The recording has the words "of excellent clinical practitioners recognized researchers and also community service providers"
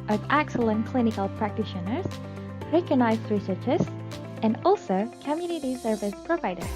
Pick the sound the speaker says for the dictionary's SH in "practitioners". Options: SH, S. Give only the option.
SH